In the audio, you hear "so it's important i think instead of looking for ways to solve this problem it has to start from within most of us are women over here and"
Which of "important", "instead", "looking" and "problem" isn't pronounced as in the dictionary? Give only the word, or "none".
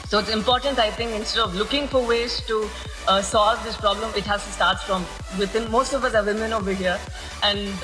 none